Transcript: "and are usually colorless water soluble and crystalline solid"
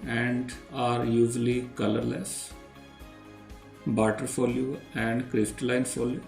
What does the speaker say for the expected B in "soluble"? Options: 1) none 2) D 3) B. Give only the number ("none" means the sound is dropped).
1